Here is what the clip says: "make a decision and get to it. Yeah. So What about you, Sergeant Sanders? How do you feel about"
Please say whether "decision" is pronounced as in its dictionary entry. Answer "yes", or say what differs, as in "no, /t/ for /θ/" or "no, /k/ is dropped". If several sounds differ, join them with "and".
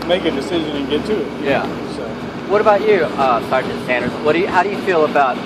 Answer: yes